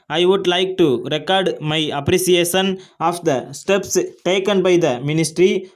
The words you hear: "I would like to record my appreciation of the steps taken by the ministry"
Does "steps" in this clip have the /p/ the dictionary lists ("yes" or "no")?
yes